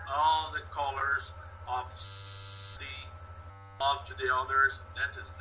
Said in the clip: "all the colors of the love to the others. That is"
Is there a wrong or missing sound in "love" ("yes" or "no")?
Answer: yes